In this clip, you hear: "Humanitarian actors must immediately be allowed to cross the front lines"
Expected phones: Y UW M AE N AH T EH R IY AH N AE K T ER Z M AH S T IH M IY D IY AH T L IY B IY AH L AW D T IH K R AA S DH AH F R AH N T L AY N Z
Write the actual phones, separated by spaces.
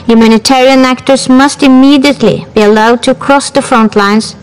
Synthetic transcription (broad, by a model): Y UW M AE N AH T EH R IY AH N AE K T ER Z M AH S T IH M IY D IY AH T L IY B IY AH L AW D T IH K R AA S DH AH F R AH N T L AY N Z